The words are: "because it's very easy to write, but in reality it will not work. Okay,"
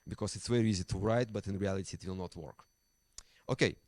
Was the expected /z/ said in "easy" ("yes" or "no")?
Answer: yes